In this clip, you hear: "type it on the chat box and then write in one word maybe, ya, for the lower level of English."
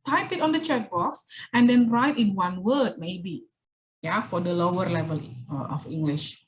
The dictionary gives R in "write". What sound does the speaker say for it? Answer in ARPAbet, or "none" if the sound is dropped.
R